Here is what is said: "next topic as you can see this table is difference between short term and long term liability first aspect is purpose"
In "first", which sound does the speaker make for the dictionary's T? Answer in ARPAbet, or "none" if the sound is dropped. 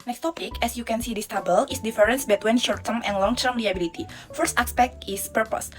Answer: T